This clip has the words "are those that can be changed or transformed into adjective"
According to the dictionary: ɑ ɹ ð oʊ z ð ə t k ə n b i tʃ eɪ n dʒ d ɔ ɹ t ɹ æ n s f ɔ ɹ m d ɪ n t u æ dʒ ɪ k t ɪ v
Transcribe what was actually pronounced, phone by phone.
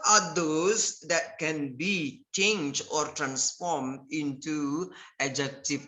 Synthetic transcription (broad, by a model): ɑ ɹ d oʊ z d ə t k ə n b i tʃ eɪ n dʒ d ɔ ɹ t ɹ æ n s f ɔ ɹ m d ɪ n t u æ dʒ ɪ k t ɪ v